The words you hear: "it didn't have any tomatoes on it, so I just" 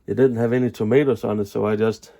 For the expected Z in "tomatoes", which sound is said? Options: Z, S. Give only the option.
S